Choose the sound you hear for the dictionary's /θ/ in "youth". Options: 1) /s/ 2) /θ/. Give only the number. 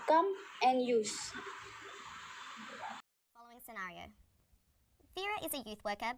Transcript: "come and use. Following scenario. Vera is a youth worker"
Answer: 2